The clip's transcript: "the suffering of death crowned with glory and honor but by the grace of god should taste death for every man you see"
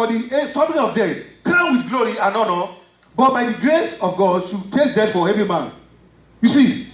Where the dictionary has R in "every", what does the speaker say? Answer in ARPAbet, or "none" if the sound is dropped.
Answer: none